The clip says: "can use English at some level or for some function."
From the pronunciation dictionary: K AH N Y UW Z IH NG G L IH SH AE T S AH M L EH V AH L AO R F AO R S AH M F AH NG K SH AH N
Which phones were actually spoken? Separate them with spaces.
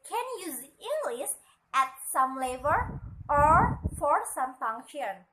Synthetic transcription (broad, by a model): K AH N Y UW Z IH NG G L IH S AE T S AH M L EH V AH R AO R F AO R S AH M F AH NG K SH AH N